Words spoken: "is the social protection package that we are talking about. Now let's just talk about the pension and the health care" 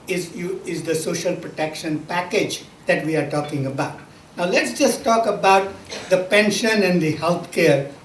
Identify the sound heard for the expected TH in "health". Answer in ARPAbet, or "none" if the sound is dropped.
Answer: T